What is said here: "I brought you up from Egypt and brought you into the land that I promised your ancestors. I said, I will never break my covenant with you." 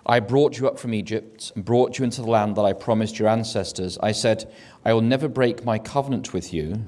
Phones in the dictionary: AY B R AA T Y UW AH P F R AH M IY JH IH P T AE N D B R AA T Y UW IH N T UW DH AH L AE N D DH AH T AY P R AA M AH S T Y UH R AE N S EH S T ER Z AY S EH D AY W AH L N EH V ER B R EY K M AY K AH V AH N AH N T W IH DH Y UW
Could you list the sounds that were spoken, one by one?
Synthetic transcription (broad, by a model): AY B R AA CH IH AH P F R AH M IY JH IH P T N B R AA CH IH IH N T UW DH AH L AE N DH AH T AY P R AA M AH S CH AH R AE N S EH S T ER Z AY S EH D AY W AH L N EH V ER B R EY K M AY K AH V AH N AH N T W IH DH Y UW